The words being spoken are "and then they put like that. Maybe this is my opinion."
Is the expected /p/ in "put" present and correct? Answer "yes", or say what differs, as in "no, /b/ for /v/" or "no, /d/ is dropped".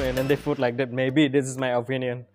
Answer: no, /f/ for /p/